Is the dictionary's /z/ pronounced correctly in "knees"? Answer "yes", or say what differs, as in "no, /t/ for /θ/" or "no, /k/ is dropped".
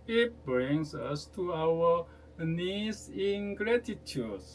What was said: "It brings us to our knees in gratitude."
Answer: no, /s/ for /z/